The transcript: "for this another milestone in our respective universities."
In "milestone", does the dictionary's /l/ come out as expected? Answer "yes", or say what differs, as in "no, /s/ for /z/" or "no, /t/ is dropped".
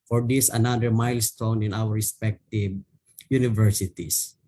yes